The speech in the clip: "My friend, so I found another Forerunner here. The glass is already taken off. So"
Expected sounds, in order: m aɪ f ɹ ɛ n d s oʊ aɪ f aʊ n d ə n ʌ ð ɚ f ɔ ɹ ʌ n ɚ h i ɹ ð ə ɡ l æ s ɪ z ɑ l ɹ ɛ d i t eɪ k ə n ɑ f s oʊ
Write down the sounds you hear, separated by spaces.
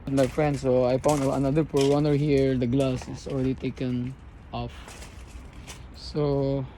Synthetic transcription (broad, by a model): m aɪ f ɹ ɛ n d s oʊ aɪ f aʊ n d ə n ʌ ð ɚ p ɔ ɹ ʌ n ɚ h i ɹ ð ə ɡ l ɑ s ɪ s ɑ l ɹ ɛ d i t eɪ k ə n ɑ f s oʊ